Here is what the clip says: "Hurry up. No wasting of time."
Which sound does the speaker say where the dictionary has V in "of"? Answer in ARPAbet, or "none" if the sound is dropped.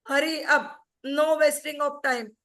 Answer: P